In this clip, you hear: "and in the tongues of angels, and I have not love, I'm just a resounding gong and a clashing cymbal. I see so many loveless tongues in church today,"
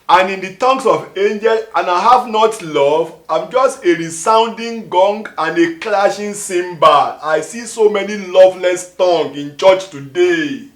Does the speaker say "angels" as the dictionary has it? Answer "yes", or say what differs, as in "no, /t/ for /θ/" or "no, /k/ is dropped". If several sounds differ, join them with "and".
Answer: no, /z/ is dropped